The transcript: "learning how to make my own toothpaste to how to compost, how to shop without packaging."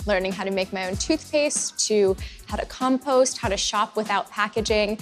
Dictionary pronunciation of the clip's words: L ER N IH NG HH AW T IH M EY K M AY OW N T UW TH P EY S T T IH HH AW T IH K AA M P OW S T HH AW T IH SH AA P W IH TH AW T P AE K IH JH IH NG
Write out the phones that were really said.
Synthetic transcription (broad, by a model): L ER N IH NG HH AW T IH M EY K M AY OW N T UW TH P EY S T T IH HH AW T IH K AA M P OW S T HH AW T IH SH AA P W IH TH AW T P AE K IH JH IH NG